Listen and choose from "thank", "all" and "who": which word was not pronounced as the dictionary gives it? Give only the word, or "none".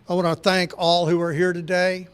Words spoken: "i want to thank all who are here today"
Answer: none